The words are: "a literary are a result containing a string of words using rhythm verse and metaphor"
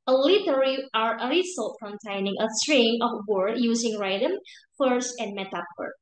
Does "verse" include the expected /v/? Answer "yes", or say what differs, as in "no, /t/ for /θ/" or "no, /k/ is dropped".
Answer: no, /f/ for /v/